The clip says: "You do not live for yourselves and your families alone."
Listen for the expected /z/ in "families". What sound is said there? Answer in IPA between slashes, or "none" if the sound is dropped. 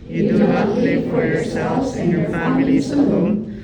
/s/